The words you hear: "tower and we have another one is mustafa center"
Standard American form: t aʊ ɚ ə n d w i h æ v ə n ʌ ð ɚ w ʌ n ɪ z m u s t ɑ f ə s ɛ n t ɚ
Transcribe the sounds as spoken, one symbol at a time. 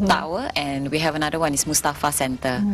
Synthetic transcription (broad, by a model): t aʊ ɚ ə n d w i h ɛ v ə n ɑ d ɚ w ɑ n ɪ s m u s t ɑ f ə s ɛ n t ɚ